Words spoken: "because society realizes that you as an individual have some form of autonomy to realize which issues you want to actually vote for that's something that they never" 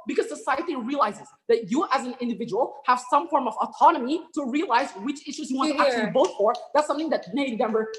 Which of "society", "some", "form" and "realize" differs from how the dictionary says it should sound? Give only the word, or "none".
none